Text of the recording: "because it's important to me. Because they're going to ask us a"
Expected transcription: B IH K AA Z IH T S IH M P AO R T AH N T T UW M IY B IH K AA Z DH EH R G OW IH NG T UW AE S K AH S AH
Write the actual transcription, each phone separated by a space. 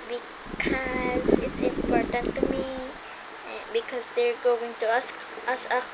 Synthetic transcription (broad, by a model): B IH K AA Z IH T S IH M P AO R T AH N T T UW M IY B IH K AA Z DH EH R G OW IH NG T UW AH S AH S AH